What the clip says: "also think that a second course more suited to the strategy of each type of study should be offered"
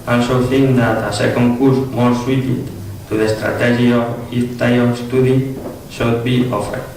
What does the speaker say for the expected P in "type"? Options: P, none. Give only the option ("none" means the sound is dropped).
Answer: none